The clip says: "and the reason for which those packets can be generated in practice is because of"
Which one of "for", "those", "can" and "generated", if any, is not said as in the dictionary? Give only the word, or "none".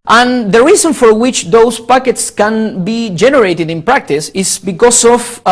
those